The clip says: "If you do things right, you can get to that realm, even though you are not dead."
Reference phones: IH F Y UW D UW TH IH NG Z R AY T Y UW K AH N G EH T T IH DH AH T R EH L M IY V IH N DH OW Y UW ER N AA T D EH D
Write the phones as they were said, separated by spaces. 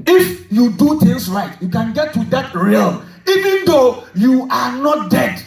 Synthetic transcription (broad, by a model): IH F Y UW D UW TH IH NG S R AY T Y UW K AH N G EH T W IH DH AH T R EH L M IY V IH N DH OW Y UW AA N AA T D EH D